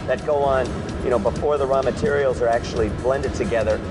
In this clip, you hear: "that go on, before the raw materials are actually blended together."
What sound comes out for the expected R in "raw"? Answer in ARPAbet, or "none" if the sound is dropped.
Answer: R